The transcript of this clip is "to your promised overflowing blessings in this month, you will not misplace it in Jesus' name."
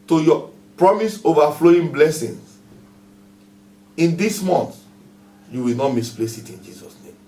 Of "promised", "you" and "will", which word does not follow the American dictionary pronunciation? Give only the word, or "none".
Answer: promised